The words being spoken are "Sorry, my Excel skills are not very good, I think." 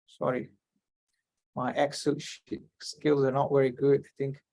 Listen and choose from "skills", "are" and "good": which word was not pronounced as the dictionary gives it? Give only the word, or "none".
none